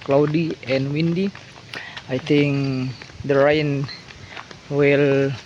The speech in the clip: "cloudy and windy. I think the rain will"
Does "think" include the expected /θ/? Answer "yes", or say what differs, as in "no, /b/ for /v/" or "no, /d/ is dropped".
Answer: no, /t/ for /θ/